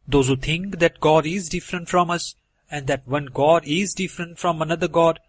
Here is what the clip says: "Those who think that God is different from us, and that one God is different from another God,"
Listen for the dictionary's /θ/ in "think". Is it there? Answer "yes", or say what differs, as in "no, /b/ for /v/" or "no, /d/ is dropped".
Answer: no, /t/ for /θ/